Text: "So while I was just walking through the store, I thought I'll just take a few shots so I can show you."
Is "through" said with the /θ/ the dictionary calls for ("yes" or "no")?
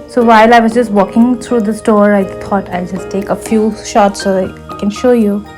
no